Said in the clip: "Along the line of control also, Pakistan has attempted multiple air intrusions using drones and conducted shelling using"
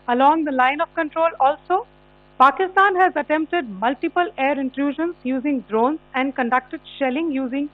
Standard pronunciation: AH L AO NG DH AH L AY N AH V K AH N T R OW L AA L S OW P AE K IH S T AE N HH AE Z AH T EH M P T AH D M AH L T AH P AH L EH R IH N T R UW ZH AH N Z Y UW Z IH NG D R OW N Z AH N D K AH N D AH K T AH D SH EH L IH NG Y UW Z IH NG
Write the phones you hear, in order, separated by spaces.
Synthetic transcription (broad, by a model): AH L AO NG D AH L AY N AH V K AH N T R OW L AA L S OW P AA K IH S T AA N HH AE Z AH T EH M P T AH D M AH L T AH P AH L EH R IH N T R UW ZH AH N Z Y UW Z IH NG D R OW N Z AH N D K AH N D AH K T AH D SH EH L IH NG Y UW Z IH NG